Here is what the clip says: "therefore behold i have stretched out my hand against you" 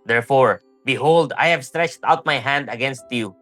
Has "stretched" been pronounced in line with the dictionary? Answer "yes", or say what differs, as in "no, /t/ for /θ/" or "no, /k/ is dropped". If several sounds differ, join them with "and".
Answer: yes